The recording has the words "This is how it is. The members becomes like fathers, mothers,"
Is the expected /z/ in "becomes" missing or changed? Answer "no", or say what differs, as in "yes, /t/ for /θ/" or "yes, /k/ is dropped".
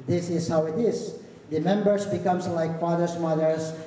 yes, /s/ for /z/